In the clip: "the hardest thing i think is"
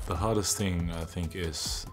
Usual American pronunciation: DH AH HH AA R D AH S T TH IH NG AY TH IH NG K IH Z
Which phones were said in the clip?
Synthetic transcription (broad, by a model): DH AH HH AA R D AH S T TH IH NG AY TH IH NG K IH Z